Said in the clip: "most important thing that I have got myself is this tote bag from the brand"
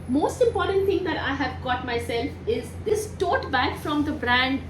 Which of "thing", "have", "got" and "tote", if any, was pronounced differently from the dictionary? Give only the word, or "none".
thing